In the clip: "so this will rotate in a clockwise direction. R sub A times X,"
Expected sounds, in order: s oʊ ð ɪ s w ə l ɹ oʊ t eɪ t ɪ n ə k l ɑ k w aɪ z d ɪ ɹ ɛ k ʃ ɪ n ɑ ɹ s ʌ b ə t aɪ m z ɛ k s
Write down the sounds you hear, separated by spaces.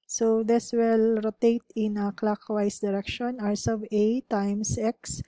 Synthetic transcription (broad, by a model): s oʊ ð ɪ s w ə l ɹ oʊ t eɪ t ɪ n ə k l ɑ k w aɪ s d ɪ ɹ ɛ k ʃ ɪ n ɑ ɹ s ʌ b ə t aɪ m s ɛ k s